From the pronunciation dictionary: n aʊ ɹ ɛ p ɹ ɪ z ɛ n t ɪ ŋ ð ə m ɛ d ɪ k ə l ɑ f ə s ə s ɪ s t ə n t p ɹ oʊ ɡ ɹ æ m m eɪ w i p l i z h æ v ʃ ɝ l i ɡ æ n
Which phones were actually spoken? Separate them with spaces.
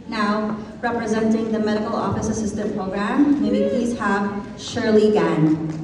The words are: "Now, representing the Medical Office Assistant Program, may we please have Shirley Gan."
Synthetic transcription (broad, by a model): n aʊ ɹ ɛ p ɹ ɪ z ɛ n t ɪ ŋ ð ə m ɛ d ɪ k ə l ɑ f ə s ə s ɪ s t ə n p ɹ oʊ ɡ ɹ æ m m eɪ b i p l i z h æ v ʃ ɝ l i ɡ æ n